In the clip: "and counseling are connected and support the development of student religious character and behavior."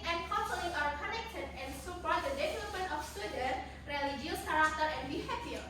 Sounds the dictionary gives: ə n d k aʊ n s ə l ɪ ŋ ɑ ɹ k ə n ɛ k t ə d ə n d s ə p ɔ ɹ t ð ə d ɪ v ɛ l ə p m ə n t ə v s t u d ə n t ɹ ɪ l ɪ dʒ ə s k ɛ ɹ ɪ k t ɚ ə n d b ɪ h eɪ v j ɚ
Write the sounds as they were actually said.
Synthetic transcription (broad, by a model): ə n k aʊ s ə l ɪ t ɑ ɹ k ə n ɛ k t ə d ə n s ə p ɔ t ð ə d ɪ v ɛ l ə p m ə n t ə f s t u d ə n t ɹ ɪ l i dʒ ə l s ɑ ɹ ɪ t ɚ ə n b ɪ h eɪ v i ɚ